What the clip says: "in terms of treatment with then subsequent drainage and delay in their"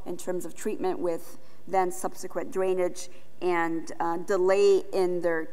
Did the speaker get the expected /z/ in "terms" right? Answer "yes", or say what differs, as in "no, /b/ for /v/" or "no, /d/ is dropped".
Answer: yes